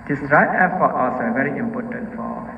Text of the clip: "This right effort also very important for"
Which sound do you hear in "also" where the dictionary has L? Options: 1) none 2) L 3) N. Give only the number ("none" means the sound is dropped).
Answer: 1